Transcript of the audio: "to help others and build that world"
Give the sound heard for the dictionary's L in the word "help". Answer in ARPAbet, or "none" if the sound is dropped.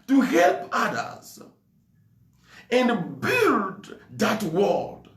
L